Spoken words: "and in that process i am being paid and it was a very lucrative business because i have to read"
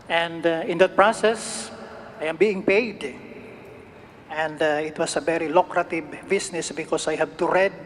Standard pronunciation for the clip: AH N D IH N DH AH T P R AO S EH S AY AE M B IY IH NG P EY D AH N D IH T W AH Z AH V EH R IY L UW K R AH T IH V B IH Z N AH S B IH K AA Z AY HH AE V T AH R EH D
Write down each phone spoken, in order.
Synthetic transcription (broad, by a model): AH N D IH N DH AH T P R AO S EH S AY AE M B IY IH NG P EY D AH N D IH T W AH S AH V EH R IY L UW K R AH T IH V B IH S N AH S B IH K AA S AY HH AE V T AH R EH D